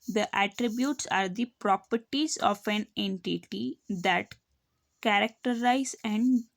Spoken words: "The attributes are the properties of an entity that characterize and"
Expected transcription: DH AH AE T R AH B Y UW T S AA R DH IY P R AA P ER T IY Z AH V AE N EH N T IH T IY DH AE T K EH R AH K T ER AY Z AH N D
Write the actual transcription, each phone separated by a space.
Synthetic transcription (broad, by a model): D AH AE T R AH B Y UW T S AA R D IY P R AA P ER T IY Z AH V AE N EH N T IH T IY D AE T K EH R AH K T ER AY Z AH N D